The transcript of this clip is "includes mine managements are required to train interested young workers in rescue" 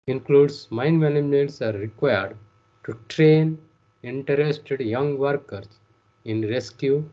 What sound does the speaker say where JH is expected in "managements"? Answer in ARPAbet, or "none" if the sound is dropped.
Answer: none